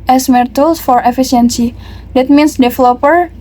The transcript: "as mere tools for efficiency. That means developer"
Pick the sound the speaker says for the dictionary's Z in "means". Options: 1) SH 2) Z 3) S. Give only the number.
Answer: 3